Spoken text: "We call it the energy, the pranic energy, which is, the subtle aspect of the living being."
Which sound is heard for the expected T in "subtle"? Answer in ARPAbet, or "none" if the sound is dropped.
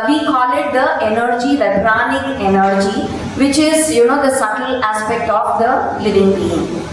S